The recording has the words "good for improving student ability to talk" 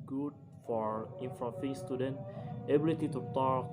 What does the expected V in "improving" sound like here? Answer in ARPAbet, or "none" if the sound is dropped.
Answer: F